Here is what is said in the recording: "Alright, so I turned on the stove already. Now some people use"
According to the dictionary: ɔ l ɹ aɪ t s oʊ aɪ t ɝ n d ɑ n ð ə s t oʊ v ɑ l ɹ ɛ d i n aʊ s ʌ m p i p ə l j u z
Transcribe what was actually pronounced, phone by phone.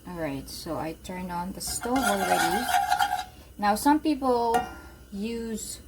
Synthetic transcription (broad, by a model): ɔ l ɹ aɪ t s oʊ aɪ t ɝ n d ɑ n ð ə s t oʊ ɑ l ɹ ɛ d i n aʊ s ʌ m p i p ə l j u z